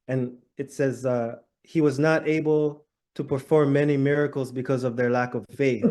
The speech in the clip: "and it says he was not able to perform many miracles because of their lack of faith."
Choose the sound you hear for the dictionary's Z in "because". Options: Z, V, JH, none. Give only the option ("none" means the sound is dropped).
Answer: Z